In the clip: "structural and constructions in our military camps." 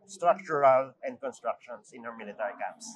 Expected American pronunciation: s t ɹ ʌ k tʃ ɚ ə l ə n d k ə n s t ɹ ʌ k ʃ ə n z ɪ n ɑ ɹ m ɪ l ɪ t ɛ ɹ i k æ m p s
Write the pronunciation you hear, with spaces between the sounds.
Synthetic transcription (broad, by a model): s t ɹ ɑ k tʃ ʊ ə l ə n d k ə n s t ɹ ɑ k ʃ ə n s ɪ n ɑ w m ɪ l ɪ t ɛ ɹ i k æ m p s